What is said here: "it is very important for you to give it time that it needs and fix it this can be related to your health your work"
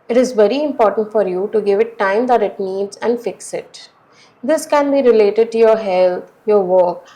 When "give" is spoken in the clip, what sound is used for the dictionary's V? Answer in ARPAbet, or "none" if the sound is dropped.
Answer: V